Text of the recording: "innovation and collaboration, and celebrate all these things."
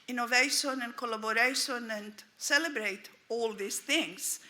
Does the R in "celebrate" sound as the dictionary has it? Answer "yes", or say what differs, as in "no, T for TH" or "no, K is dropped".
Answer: yes